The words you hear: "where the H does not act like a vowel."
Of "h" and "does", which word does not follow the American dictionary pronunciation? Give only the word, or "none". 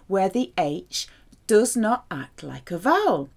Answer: none